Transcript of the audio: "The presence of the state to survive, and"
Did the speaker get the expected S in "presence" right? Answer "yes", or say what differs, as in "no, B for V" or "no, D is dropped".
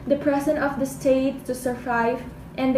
no, S is dropped